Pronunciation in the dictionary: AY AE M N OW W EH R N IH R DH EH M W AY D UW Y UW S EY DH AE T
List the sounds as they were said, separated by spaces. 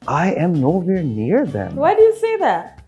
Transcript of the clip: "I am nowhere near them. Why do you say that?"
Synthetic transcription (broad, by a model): AY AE M N OW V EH R N IH R DH EH M W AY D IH Y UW S EY DH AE T